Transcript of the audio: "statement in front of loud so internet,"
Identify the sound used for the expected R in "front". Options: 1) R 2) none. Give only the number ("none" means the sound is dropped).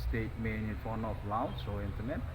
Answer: 2